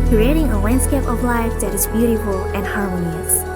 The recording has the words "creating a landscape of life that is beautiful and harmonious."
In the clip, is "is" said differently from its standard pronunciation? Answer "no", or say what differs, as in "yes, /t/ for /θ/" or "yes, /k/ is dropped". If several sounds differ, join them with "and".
no